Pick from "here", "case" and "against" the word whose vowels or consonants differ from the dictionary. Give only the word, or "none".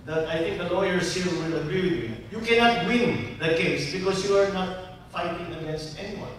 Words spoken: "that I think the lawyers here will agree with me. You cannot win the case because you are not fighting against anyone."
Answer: here